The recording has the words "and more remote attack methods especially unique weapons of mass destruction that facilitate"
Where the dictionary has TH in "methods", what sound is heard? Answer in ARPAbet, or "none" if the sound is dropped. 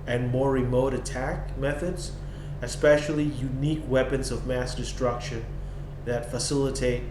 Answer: TH